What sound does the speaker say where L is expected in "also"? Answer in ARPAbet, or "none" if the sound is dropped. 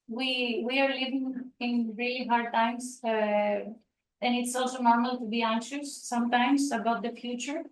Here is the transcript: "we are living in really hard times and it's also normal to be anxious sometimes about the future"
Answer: L